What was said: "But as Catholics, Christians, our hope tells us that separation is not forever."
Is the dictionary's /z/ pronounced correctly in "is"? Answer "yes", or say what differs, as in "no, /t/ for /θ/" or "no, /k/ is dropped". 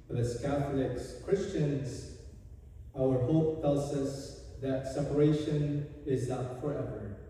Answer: yes